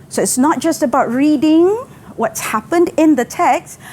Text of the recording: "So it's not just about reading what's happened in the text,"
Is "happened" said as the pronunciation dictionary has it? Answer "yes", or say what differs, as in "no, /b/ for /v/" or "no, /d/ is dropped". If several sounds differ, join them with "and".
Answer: yes